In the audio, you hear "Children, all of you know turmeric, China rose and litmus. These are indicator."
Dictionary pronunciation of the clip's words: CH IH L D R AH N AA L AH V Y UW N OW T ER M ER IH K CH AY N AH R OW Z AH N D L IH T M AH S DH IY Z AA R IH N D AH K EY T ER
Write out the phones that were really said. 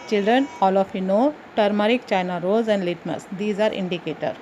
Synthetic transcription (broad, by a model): CH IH L D R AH N AA L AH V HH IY N OW T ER M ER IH K CH AY N AH R OW Z AH N D L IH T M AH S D IY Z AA R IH N D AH K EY T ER